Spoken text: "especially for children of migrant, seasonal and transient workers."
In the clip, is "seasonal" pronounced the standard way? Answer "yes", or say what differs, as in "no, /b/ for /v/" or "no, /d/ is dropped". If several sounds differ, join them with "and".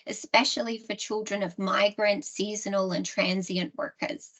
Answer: yes